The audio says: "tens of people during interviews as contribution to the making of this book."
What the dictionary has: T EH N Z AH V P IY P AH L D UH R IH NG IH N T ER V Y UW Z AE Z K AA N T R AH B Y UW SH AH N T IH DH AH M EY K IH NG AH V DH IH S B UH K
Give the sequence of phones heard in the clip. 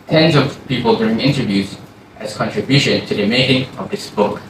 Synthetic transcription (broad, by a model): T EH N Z AH V P IY P AH L D UH R IH NG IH N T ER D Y UW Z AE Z K AA N T R AH B Y UW SH AH N T IH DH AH M EY K IH NG AH V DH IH S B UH K